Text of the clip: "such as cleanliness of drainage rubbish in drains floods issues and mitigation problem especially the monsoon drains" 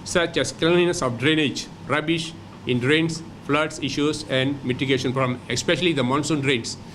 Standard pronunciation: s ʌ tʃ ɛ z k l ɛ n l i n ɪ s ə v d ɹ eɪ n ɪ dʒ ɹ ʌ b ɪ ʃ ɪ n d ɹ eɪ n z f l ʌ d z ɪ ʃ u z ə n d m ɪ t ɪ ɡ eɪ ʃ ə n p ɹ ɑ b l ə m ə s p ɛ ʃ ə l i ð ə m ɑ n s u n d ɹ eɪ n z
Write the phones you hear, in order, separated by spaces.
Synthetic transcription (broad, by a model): s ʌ tʃ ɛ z k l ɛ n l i n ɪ s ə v d ɹ eɪ n ɪ dʒ ɹ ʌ b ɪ ʃ ɪ n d ɹ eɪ n s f l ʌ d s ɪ ʃ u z ə n d m ɪ t ɪ ɡ eɪ ʃ ə n f ɹ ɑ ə m ə s p ɛ ʃ ə l i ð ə m ɑ n s u n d ɹ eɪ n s